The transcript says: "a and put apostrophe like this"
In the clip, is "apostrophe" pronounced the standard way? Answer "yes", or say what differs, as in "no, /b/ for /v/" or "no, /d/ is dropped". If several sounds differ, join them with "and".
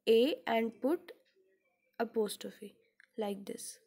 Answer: no, /ɹ/ is dropped